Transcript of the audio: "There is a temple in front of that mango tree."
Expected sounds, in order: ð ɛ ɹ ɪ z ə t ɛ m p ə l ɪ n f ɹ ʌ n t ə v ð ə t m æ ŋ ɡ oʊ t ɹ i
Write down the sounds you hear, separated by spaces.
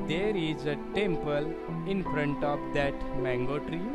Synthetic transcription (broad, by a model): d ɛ ɹ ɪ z ə t ɛ m p ə l ɪ n f ɹ ʌ n t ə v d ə t m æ ŋ ɡ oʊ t ɹ i